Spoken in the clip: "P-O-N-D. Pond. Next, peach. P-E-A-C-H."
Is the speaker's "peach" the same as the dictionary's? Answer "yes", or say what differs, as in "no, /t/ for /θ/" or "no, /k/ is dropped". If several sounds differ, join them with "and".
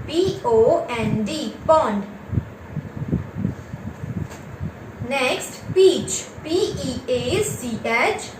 yes